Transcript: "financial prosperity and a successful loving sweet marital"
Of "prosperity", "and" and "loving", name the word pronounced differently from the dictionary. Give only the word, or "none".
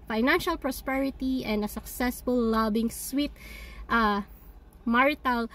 loving